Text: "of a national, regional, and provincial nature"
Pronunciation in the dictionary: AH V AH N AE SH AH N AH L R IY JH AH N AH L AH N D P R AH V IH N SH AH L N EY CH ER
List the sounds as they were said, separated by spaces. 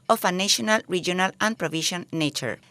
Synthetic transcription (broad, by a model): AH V AH N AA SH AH N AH L R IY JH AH N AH L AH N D P R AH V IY SH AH N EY CH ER